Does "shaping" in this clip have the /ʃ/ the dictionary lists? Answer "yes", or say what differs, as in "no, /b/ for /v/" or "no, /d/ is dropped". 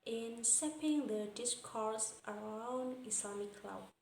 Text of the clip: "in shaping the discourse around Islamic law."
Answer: no, /s/ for /ʃ/